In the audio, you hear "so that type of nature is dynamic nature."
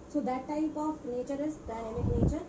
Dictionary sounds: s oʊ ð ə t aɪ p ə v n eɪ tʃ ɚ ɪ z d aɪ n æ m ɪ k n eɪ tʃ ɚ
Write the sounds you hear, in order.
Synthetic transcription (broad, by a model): s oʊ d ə t aɪ p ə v n eɪ tʃ ɚ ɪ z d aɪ ɛ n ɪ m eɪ tʃ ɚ